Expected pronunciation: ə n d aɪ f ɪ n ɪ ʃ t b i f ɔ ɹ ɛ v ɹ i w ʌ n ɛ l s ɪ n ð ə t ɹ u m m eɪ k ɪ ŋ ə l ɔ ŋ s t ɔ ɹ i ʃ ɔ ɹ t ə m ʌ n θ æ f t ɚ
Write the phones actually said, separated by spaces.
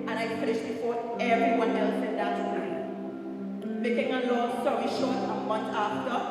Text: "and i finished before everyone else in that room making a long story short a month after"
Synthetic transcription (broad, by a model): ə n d aɪ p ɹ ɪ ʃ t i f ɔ ɛ v ɹ i w ʌ n ɛ l s ɪ n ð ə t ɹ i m m eɪ k ɪ ŋ ə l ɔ s t ɔ ɹ i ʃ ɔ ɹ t ə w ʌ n t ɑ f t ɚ